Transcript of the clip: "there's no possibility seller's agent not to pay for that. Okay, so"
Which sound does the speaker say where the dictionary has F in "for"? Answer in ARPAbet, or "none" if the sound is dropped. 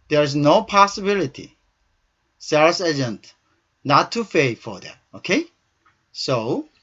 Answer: F